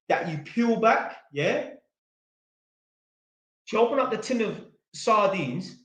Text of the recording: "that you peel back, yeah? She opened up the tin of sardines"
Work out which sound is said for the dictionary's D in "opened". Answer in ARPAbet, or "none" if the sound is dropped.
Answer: none